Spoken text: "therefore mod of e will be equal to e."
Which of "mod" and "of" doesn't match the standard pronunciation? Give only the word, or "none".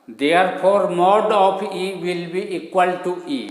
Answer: of